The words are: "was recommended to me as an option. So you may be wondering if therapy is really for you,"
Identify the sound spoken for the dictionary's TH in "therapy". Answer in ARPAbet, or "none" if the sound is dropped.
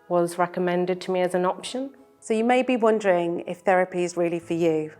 TH